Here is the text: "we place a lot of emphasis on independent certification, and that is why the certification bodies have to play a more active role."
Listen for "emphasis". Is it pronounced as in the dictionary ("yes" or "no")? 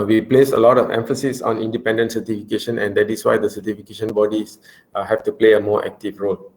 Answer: yes